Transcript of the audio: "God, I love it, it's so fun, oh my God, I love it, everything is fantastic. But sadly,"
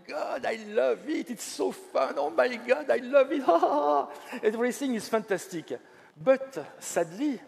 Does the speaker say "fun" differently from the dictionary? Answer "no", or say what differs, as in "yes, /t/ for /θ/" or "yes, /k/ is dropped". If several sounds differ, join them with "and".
no